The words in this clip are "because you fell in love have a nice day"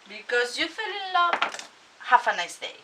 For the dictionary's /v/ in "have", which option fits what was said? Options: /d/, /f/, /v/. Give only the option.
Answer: /f/